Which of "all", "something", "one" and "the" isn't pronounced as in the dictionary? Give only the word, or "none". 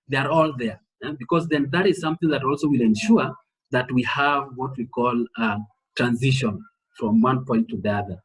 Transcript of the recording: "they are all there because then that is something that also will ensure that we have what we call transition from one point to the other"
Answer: none